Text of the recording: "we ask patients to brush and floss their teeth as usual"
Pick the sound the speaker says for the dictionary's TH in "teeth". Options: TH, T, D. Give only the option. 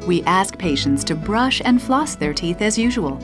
TH